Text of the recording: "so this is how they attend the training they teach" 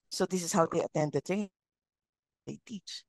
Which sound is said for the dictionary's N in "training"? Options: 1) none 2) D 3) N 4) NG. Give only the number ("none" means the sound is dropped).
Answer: 1